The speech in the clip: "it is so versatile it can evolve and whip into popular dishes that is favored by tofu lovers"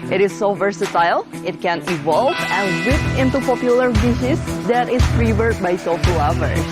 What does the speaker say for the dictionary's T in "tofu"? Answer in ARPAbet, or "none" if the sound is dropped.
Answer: S